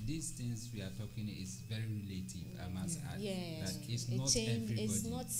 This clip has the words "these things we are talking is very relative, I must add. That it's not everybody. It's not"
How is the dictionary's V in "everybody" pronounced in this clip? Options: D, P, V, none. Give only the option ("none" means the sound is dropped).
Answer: none